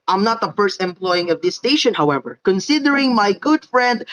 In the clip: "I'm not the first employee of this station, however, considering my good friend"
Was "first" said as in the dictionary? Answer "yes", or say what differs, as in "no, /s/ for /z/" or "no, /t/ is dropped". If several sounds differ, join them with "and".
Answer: yes